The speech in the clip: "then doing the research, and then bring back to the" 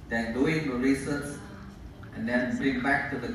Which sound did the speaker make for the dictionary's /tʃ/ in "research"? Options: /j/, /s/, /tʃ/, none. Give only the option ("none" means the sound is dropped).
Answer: /s/